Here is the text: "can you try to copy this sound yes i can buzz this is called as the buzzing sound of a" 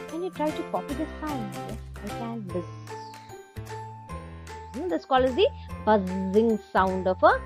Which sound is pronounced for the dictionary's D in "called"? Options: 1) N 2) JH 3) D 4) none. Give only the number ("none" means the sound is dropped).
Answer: 4